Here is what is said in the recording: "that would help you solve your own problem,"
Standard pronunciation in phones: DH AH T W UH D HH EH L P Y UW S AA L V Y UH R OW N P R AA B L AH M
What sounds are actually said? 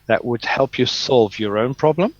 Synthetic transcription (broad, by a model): DH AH T W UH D HH EH L P Y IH S AA L V Y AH R OW N P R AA B L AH M